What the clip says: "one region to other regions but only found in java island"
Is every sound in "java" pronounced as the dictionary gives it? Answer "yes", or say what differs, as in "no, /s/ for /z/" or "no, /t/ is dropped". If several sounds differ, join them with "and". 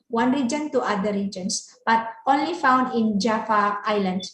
no, /f/ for /v/